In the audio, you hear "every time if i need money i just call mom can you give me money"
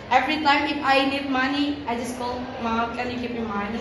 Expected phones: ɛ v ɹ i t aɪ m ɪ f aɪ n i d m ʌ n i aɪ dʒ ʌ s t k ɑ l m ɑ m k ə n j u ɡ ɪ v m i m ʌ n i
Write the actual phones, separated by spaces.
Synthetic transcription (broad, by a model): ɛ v ɹ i t aɪ m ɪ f aɪ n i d m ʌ n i aɪ dʒ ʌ s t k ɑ l m ɑ m k ə n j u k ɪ p m i m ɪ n